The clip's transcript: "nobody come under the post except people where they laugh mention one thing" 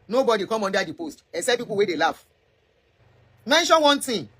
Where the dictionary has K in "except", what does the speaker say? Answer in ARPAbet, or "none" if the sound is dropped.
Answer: none